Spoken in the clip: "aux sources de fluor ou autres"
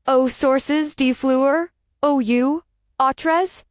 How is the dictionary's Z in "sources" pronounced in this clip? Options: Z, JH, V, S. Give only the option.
Z